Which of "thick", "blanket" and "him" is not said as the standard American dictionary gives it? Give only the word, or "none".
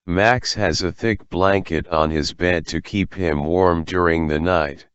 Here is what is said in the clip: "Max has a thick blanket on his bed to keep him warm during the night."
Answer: none